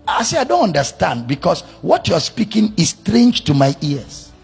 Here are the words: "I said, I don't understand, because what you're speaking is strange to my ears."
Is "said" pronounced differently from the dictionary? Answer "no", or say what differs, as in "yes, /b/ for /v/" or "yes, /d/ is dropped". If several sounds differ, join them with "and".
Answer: yes, /d/ is dropped